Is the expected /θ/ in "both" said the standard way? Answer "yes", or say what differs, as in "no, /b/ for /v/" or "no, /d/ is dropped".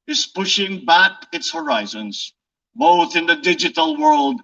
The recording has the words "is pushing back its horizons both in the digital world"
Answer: yes